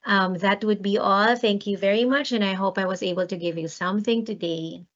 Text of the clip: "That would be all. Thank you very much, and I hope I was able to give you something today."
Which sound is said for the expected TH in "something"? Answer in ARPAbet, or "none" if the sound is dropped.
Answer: TH